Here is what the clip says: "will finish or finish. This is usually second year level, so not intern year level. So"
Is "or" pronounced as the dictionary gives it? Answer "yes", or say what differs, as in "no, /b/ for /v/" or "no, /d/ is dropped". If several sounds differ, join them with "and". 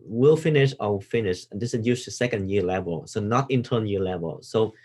no, /w/ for /ɹ/